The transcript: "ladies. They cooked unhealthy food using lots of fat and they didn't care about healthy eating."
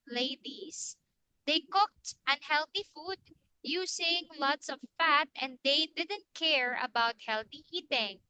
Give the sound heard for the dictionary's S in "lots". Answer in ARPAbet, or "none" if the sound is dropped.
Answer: S